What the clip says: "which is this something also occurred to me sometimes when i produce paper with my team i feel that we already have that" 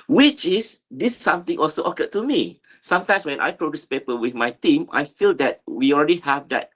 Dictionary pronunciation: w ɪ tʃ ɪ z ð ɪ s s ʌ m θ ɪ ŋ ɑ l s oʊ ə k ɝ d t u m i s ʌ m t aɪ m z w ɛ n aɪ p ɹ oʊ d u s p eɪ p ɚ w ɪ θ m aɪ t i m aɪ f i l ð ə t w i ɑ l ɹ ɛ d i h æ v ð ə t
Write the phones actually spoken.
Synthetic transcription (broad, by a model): w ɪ tʃ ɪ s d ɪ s s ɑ m t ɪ ŋ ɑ l s oʊ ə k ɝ t u m i s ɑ m t aɪ m s w ɛ n aɪ p ɹ oʊ d u s p eɪ p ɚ w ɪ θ m aɪ t i m aɪ f i l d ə t w i ɑ l ɹ ɛ d i h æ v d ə t